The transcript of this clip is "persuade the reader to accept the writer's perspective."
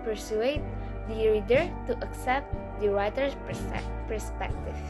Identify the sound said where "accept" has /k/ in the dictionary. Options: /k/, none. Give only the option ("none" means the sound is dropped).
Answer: /k/